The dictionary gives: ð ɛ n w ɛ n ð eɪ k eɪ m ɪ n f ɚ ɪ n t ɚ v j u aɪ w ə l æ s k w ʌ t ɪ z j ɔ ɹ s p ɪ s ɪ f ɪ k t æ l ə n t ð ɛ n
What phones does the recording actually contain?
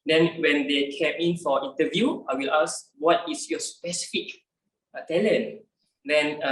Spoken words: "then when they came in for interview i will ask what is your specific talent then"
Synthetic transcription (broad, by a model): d ɛ n w ɛ n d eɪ k eɪ m ɪ n f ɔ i n t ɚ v j u aɪ w ə l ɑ s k w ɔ t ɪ s j ɔ s p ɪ s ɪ f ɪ k t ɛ l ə n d ɛ n